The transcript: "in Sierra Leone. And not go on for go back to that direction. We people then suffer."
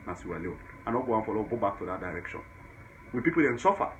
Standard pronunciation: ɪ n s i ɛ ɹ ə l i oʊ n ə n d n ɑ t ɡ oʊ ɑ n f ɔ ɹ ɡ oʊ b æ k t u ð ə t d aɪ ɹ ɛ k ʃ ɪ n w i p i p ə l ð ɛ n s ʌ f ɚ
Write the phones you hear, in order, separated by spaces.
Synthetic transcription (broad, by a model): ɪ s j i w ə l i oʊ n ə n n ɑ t ɡ oʊ ɑ n f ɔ l ɡ oʊ b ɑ k t u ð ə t d aɪ ɹ ɛ k ʃ ɪ n w i p i p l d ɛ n s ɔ f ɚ